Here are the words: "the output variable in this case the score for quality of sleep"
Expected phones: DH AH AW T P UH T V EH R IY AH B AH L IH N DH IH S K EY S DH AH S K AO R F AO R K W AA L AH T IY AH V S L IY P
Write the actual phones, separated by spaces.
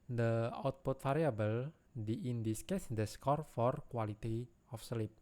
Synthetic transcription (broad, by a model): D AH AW T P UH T F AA R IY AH B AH L IH N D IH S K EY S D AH S K AO R F AO R K W AA L AH T IY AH F S L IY P